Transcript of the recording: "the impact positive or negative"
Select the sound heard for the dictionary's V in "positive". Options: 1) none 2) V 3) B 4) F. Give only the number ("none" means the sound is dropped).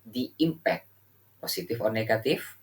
4